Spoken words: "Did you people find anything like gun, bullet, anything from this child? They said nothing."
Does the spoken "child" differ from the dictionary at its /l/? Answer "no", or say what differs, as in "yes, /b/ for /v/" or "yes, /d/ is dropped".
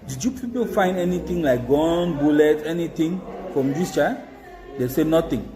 yes, /l/ is dropped